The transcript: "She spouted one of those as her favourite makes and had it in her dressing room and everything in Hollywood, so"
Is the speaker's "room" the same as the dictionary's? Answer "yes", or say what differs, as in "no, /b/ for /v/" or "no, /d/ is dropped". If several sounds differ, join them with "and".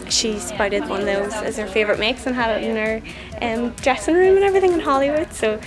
yes